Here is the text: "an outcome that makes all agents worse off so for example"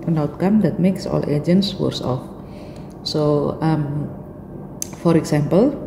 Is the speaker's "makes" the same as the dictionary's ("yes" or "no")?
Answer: yes